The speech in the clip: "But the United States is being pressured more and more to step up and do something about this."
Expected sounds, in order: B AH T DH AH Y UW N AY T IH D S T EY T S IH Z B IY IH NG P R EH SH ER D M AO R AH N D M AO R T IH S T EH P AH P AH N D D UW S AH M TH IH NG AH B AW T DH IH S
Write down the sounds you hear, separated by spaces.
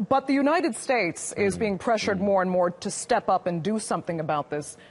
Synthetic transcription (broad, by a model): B AH T DH AH Y UW N AY T IH D S T EY T S IH Z B IY IH NG P R EH SH ER D M AO R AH N M AO R T IH S T EH P AH P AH N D D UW S AH M TH IH NG AH B AW T DH IH S